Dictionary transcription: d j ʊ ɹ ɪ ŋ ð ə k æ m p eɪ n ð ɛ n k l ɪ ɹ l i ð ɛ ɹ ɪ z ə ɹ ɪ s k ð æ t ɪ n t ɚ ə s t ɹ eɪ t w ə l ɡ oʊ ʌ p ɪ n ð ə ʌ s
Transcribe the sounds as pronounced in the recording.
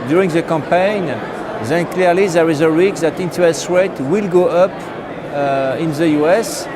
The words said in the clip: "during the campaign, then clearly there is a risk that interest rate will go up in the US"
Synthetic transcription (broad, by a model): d j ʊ ɹ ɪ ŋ ð ə k æ m p eɪ n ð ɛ n k l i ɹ l i ð ɛ ɹ ɪ z ə ɹ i k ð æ t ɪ n t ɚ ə s t ɹ eɪ t w ə l ɡ oʊ ʌ p ɪ n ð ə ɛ s